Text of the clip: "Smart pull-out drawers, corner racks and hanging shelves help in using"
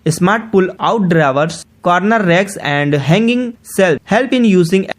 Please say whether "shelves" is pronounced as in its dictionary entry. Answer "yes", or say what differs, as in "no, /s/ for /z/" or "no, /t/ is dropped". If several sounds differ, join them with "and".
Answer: no, /s/ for /ʃ/